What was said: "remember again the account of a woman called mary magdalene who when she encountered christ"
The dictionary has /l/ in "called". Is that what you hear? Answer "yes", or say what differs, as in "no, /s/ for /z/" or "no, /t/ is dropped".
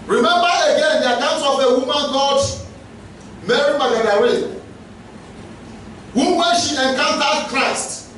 no, /l/ is dropped